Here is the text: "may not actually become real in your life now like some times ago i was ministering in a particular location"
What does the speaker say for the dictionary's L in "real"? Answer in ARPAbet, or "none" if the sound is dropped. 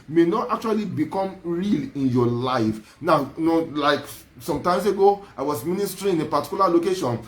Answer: L